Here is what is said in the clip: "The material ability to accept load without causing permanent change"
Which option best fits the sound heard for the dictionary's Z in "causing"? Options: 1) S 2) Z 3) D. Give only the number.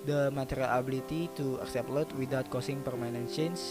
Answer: 1